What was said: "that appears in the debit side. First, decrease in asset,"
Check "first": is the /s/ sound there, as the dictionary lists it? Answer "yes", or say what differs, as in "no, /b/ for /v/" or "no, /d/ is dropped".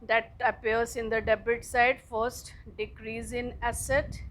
yes